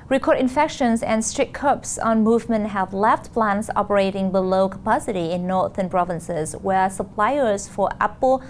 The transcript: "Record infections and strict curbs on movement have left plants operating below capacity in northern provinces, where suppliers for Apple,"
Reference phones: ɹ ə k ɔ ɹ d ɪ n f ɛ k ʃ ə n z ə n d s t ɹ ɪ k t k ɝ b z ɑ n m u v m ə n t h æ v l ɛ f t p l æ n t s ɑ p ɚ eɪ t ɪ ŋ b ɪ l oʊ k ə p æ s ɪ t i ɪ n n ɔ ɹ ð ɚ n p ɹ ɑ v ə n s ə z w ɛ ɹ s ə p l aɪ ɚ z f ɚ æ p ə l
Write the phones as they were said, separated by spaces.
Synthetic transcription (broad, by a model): ɹ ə k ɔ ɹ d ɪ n f ɛ k ʃ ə n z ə n s t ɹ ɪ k k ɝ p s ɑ n m u v m ə n t h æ v l ɛ f t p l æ n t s ɑ p ɚ eɪ t ɪ ŋ b ɪ l oʊ k ə p æ s ɪ t i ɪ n n ɔ ɹ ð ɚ n p ɹ ɑ v ə n s ə z w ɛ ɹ s ə p l aɪ ɚ z f ɚ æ p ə l